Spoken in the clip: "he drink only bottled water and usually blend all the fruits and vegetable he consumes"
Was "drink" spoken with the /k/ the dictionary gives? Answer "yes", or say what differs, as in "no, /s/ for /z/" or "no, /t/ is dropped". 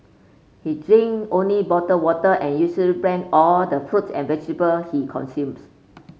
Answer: no, /k/ is dropped